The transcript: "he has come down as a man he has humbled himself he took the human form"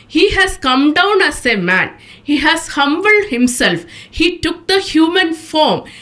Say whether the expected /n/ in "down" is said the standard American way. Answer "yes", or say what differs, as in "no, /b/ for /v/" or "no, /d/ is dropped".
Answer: yes